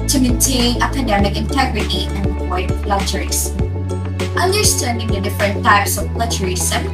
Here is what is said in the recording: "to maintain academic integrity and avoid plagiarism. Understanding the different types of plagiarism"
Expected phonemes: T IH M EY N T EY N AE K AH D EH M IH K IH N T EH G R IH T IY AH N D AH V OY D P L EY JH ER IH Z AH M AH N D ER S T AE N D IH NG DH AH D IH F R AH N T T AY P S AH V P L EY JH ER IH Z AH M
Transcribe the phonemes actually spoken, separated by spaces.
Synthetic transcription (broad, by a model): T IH M EY N T EY N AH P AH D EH M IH K IH N T EH G R IH T IY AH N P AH IH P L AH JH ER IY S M AH N D ER S T AE N D IH NG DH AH D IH F R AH N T T AY P S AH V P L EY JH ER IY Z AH